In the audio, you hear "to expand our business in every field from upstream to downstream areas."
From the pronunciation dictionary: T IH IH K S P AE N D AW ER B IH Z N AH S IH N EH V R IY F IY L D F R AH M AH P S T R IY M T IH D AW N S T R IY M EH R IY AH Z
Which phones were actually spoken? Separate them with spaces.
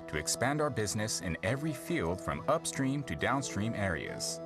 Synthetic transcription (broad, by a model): T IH IH K S P AE N D AW ER B IH Z N AH S IH N EH V R IY F IY L D F R AH M AH P S T R IY M T IH D AW N S T R IY M EH R IY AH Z